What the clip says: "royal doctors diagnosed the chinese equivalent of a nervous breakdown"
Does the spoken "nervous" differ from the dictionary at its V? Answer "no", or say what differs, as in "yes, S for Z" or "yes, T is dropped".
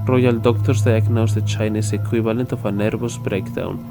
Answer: yes, B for V